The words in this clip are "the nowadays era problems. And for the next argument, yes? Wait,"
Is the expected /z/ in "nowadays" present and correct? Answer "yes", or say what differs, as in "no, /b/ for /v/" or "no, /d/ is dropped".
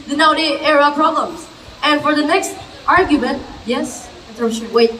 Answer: no, /z/ is dropped